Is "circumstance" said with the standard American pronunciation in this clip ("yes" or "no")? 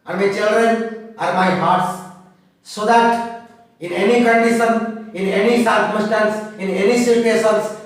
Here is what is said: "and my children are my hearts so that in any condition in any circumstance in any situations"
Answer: no